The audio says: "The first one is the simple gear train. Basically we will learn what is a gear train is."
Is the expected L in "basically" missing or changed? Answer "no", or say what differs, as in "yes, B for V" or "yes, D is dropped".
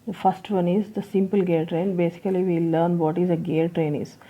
yes, L is dropped